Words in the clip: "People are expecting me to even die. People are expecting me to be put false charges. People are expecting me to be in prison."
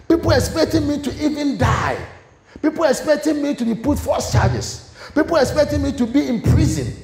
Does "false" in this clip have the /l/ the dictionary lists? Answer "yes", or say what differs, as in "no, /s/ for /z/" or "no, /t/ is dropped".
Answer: no, /l/ is dropped